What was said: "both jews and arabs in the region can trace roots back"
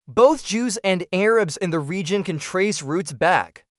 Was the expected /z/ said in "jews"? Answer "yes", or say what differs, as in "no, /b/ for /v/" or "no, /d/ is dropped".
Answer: yes